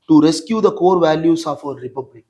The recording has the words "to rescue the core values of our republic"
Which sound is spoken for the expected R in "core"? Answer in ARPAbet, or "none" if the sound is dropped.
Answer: R